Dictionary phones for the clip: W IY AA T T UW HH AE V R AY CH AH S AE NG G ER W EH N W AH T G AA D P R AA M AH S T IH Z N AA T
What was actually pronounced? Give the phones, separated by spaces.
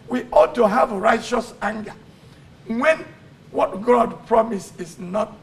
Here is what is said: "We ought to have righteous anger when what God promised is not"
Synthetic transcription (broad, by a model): W IY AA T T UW HH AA V R AY CH AH S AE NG G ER W EH N W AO T G AA D P R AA M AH S IH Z N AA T